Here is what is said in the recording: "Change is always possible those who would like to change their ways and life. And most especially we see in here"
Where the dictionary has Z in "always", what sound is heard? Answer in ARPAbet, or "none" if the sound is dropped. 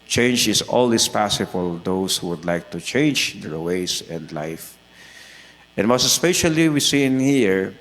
S